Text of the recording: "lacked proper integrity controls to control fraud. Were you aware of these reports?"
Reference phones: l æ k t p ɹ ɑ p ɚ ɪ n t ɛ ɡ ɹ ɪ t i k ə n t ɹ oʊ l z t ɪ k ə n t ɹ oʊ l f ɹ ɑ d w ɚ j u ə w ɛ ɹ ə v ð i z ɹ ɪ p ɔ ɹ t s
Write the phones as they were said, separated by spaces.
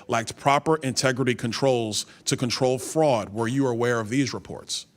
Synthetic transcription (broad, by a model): l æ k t p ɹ ɑ p ɚ ɪ n t ɛ ɡ ɹ ɪ t i k ə n t ɹ oʊ l z t ɪ k ə n t ɹ oʊ l f ɹ ɑ d w ɚ j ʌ ə w ɛ ɹ ə v ð i z ɹ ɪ p ɔ ɹ t s